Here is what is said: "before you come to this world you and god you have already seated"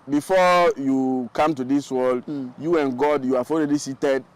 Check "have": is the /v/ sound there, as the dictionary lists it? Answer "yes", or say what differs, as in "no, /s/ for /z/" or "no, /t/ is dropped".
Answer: no, /f/ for /v/